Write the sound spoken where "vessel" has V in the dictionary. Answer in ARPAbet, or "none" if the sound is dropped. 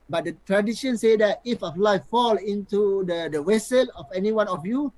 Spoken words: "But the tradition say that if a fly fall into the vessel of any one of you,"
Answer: W